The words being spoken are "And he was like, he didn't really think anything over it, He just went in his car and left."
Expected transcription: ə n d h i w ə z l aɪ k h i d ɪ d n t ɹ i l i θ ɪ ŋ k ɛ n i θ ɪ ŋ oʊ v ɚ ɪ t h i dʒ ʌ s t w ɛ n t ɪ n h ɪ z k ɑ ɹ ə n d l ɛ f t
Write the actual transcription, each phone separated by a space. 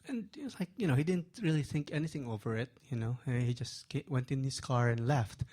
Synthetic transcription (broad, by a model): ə n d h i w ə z l aɪ k h i d ɪ d n t ɹ i l i θ ɪ ŋ k ɛ n i θ ɪ ŋ oʊ v ɚ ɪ t h i dʒ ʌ s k w ɛ n t ɪ n h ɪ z k ɑ ɹ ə n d l ɛ f t